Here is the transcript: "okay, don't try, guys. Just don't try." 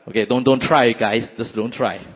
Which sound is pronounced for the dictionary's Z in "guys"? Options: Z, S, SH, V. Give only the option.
S